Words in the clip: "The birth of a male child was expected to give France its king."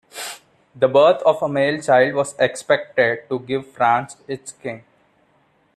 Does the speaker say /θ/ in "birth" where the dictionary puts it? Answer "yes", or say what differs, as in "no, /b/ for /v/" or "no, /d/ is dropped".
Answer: no, /t/ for /θ/